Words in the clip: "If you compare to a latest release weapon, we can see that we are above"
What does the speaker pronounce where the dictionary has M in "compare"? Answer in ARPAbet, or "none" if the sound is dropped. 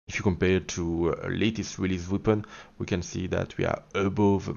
M